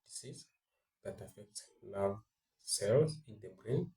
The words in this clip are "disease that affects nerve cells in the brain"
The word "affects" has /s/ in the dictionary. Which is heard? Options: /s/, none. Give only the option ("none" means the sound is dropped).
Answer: /s/